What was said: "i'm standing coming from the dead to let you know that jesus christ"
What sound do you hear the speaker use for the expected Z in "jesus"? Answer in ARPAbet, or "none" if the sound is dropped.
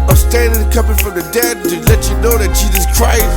Z